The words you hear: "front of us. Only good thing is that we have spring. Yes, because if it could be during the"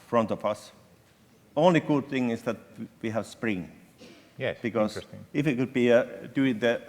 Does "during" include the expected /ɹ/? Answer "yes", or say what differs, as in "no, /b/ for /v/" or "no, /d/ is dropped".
no, /ɹ/ is dropped